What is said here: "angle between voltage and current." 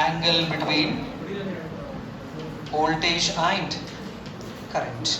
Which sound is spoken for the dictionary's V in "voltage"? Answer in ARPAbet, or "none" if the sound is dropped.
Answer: B